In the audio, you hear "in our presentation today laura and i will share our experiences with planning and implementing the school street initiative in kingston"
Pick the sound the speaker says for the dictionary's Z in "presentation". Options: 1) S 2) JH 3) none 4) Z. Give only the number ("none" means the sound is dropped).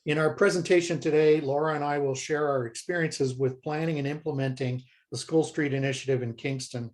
4